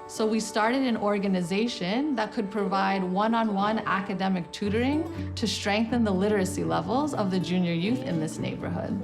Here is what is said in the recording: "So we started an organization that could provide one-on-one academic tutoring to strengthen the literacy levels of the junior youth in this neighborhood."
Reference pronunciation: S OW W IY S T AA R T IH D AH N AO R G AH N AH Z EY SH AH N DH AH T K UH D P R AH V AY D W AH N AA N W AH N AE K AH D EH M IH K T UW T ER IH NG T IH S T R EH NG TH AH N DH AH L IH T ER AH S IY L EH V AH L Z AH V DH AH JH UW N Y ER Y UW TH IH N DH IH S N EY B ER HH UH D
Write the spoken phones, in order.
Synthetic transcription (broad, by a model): S OW W IY S T AA R T IH D AH N AO R G AH N AH Z EY SH AH N DH AH T K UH D P R AH V AY D W AH N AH N W AH N AE K AH D EH M IH K T UW T ER IH NG T IH S T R EH NG TH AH N DH AH L IH T ER AH S IY L EH V L Z AH V DH AH JH UW N Y ER Y UW TH IH N DH IH S N EY B ER HH UH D